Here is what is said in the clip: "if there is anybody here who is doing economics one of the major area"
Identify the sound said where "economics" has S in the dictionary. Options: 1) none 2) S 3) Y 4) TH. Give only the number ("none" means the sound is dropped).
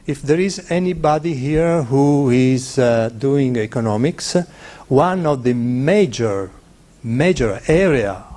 2